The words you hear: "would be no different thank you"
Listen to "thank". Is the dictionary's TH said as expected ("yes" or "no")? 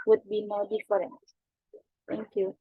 no